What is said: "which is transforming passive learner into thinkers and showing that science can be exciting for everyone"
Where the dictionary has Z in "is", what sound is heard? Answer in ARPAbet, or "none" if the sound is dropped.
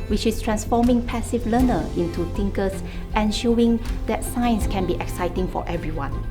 S